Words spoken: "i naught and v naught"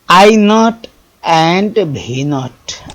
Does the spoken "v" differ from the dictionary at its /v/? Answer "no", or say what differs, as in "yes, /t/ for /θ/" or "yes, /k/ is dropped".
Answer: yes, /b/ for /v/